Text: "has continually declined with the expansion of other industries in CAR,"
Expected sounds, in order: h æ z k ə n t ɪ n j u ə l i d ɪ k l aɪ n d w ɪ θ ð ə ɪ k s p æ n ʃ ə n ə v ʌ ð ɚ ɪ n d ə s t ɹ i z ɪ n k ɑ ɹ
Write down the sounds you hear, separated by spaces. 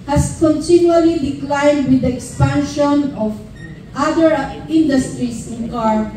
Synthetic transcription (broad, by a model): h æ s k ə n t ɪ n j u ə l i d ɪ k l aɪ n d w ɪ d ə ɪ k s p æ n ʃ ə n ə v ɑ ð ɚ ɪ n d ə s t ɹ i s ɪ n k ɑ ɹ